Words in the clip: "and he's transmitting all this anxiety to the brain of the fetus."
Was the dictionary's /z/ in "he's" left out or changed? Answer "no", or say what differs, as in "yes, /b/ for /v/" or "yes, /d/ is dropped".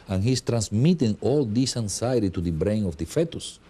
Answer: yes, /s/ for /z/